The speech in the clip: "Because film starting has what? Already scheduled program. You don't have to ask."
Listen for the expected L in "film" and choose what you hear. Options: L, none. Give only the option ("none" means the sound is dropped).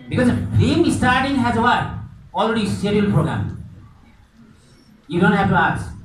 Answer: none